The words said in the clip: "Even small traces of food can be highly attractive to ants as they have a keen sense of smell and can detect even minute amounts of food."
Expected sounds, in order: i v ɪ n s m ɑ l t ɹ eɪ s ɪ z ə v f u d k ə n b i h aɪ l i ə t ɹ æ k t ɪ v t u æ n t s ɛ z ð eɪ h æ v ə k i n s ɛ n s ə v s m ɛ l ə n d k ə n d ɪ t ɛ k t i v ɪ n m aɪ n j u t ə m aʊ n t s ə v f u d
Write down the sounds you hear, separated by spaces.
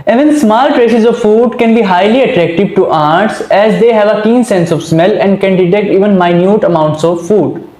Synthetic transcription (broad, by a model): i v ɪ n s m ɑ l t ɹ eɪ s ɪ z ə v f u d k ə n b i h aɪ l i ə t ɹ æ k t ɪ v t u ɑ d t s ɛ z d eɪ h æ v ə k i n s ɛ n s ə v s m ɛ l ə n d k ə n d ɪ t ɛ k t i v ɪ n m aɪ n j u t ə m aʊ n t s ə v f u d